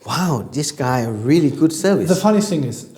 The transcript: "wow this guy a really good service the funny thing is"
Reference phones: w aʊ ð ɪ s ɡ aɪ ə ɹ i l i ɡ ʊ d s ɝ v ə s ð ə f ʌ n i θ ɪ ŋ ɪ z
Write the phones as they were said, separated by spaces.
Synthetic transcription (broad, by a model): w aʊ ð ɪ s ɡ aɪ ə ɹ i l i ɡ ʊ d s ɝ v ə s ð ə f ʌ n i θ ɪ ŋ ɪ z